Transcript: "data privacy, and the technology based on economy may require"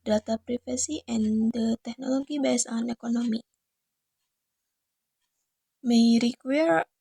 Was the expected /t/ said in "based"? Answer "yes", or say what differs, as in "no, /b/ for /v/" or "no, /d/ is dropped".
no, /t/ is dropped